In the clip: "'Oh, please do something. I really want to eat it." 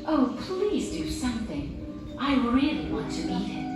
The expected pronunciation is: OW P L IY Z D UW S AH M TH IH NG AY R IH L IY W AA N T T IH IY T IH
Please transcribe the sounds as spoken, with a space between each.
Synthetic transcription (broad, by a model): OW P L IY Z D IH S AH M TH IH NG AY R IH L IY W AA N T T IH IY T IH